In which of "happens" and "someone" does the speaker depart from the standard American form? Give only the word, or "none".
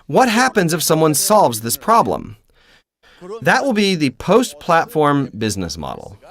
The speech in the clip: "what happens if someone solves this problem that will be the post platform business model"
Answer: none